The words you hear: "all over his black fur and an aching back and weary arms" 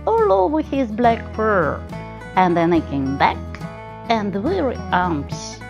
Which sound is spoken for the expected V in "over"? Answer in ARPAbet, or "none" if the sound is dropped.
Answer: W